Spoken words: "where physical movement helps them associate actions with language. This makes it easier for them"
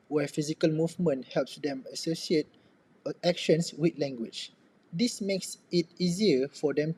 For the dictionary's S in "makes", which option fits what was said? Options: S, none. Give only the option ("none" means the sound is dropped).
S